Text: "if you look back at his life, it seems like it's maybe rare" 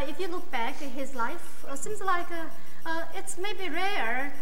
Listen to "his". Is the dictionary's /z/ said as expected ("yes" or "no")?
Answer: yes